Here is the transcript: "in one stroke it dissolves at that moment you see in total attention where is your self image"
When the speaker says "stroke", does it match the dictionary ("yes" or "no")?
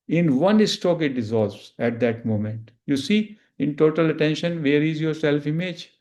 no